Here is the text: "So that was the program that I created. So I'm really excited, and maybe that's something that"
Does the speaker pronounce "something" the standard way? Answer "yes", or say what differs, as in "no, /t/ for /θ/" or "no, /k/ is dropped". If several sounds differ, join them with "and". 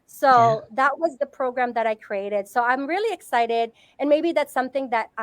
yes